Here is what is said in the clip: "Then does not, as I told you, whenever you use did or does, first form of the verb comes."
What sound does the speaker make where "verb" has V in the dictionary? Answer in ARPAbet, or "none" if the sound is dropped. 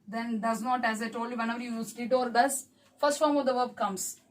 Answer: V